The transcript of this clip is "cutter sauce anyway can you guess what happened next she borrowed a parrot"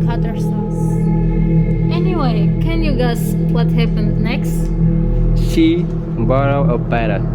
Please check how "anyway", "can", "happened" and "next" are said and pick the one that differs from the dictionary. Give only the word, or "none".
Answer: happened